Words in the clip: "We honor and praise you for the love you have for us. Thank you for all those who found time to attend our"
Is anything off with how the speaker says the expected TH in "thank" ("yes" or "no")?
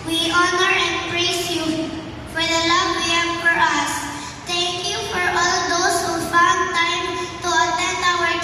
yes